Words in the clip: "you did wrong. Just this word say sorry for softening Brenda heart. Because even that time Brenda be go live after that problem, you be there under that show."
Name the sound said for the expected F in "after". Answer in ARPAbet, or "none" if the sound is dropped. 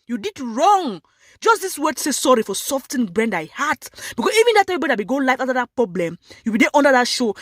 none